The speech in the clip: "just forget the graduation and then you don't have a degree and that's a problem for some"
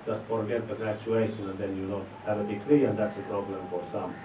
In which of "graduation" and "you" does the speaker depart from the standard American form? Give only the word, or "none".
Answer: graduation